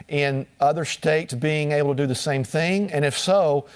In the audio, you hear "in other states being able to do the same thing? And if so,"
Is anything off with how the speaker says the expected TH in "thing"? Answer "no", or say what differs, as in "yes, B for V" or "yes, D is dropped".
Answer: no